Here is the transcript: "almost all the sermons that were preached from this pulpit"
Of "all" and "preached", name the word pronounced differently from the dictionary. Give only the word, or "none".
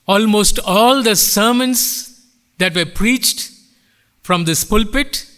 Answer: none